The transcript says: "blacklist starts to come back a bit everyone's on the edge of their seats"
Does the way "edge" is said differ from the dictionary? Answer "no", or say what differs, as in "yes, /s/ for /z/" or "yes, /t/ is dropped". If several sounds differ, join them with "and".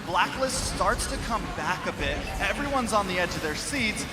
no